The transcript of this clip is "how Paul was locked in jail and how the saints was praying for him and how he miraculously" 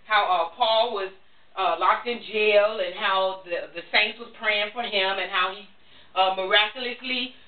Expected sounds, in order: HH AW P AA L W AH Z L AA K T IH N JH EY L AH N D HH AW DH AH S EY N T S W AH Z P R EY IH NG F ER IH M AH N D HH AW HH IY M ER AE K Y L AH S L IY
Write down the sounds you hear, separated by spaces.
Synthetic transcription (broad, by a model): HH AW P AA L W AH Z L AA K T IH N JH EY L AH N HH AW DH AH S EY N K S W AH Z P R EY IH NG F ER IH M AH N HH AW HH IY M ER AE K Y L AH S L IY